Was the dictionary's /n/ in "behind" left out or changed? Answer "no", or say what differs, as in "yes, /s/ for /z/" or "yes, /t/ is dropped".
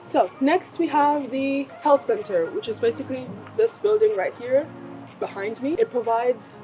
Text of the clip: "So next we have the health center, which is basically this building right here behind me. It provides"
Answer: no